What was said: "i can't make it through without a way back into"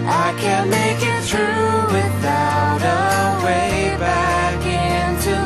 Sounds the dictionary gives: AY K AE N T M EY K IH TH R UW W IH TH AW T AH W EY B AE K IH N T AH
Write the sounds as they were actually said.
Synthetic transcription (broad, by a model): AY K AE N M EY K IH T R UW W IH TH AW T AH W EY B AE K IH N T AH